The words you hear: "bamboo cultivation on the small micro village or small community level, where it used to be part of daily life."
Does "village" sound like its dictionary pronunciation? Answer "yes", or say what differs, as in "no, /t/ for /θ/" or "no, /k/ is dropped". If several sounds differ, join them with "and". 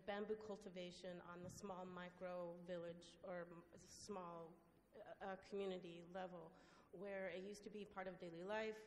yes